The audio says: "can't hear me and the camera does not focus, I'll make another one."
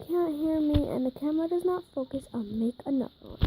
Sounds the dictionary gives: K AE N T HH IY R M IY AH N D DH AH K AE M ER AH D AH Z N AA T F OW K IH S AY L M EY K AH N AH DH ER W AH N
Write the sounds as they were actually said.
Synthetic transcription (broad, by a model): K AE N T HH IY R M IY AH N DH AH K AE M ER AH D AH Z N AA T F OW K IH S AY N M EY K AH N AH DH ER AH